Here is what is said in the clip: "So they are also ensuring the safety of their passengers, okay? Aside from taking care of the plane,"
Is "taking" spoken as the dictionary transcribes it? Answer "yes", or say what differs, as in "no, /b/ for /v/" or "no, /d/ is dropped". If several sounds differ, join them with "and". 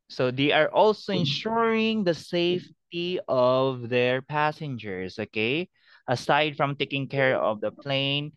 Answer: yes